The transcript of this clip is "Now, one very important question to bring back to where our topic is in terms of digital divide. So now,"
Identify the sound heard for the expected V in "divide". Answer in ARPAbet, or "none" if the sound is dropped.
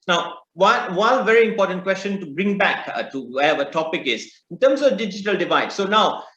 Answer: V